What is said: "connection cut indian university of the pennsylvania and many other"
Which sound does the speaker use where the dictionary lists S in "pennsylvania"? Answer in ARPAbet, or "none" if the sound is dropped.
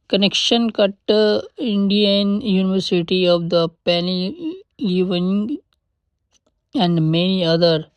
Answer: none